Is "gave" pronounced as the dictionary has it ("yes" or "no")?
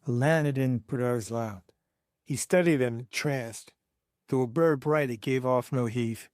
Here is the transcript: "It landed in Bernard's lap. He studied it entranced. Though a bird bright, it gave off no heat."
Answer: yes